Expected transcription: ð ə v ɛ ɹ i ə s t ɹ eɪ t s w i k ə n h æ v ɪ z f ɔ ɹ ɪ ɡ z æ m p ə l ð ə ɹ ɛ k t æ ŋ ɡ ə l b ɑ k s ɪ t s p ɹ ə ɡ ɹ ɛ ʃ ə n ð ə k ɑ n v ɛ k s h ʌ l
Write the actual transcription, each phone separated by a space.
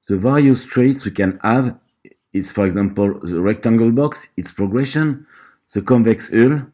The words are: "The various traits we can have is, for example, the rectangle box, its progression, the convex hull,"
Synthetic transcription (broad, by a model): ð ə v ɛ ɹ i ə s t ɹ eɪ t s w i k ə n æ v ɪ s f ɔ ɹ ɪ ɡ z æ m p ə l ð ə ɹ ɛ k t æ ŋ ɡ ə l b ɑ k s ɪ t s p ɹ ə ɡ ɹ ɛ ʃ ə n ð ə k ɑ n v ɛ k s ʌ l